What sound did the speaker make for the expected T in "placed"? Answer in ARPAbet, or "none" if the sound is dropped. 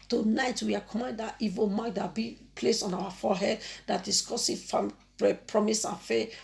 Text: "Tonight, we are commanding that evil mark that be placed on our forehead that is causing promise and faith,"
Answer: none